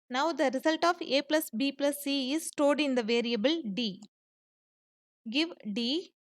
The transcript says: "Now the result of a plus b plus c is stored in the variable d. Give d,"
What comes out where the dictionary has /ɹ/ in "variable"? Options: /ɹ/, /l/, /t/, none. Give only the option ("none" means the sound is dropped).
/ɹ/